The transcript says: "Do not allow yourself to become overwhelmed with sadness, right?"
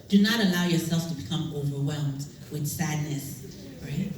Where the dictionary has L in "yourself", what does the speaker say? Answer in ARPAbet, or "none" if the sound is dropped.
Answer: L